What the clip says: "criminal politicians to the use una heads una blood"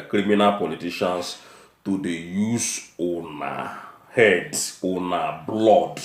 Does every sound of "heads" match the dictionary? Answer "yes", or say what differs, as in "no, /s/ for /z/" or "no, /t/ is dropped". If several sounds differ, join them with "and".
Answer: no, /z/ is dropped